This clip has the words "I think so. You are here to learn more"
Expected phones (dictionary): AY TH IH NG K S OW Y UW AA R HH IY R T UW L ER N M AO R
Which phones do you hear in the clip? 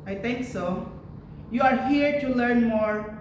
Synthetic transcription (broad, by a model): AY T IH NG K S OW Y UW AA R HH IY R T UW L ER N M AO R